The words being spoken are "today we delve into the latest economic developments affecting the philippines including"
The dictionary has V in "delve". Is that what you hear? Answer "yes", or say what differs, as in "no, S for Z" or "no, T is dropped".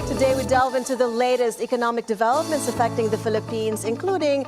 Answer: yes